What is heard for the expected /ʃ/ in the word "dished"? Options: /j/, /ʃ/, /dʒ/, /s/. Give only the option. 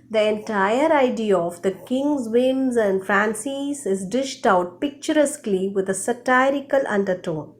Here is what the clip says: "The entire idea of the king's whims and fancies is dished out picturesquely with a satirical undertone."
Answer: /ʃ/